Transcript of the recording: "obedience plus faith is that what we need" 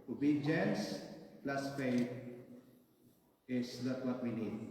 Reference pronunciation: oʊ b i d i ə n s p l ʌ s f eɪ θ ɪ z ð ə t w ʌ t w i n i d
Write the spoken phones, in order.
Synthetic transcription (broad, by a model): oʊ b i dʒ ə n s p l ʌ s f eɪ t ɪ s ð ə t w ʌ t w i n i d